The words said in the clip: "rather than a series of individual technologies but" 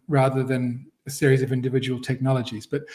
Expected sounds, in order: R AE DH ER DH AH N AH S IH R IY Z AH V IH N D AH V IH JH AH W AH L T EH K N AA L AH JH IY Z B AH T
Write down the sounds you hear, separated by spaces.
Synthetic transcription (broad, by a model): R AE DH ER DH AH N AH S IH R IY Z AH V IH N D AH V IH JH AH W AH L T EH K N AA L AH JH IY Z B AH T